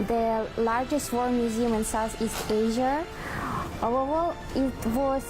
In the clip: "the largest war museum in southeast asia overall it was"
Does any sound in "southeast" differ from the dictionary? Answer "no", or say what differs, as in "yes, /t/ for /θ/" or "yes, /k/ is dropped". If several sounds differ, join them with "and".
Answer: yes, /t/ is dropped